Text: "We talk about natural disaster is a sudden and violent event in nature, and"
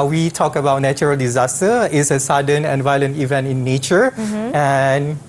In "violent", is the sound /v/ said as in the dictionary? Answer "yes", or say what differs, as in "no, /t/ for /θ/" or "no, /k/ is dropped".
yes